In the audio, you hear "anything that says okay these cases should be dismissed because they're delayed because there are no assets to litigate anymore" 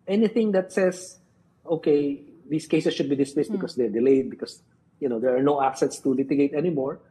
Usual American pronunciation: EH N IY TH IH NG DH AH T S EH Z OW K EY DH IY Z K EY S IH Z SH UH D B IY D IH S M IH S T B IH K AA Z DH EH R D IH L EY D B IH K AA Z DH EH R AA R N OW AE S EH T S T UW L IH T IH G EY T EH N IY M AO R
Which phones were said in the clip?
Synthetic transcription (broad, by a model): EH N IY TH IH NG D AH T S EH S OW K EY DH IY S K EY S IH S SH UH D B IY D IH S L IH S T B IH K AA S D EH R D IH L EY D B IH K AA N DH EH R AA R N OW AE S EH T S T UW L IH T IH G EY T EH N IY M AO R